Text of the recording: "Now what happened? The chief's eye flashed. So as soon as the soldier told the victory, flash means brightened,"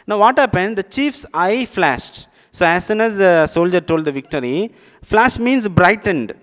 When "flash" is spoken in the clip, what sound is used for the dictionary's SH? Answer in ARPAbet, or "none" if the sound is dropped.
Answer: SH